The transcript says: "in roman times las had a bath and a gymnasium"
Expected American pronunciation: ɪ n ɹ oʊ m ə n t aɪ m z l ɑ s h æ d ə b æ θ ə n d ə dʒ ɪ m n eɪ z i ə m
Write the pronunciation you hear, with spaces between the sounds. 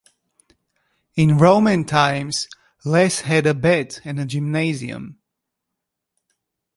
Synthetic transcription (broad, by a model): ɪ n ɹ oʊ m ə n t aɪ m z l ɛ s h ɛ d ə b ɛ t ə n ə dʒ ɪ m n eɪ z i ə m